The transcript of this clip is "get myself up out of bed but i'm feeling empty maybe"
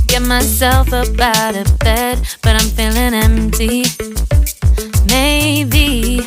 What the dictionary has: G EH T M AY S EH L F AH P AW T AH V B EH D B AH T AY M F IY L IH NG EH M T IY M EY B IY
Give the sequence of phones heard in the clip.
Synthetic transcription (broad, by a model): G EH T M AY S EH L F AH B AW T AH B EH D B AH T AY M F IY L IH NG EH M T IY M EY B IY